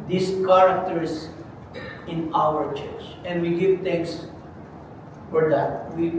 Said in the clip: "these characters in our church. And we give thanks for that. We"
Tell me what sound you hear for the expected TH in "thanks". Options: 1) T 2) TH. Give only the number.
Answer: 1